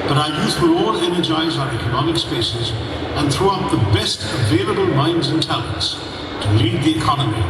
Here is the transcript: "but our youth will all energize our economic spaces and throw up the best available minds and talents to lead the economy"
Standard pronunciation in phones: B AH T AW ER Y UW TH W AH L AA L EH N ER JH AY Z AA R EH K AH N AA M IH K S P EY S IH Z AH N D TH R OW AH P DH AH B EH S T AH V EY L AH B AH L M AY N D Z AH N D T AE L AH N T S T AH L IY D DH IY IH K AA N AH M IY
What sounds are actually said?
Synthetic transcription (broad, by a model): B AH T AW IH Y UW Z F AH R AA L EH N ER JH AY Z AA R EH K AH N AA M IH K S P EY S IH Z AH N TH R OW AH P DH AH B EH S T AH V EY L AH B AH L M AY N D Z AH N T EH L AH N T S T AH L IY D DH IY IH K AA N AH M IY